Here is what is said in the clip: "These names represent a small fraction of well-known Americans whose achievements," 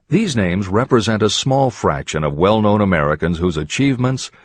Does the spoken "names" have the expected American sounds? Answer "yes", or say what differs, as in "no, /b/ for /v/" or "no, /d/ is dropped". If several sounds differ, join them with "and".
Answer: yes